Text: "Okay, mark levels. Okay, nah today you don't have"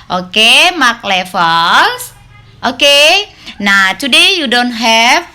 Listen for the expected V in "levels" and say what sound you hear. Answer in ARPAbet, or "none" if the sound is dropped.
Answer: F